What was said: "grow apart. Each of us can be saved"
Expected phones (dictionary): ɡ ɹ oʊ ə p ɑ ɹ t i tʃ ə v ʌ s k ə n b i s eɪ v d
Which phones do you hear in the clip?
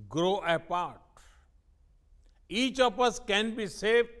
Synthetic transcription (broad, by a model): ɡ ɹ oʊ ə p ɑ ɹ t i tʃ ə p ʌ s k ə n b i s eɪ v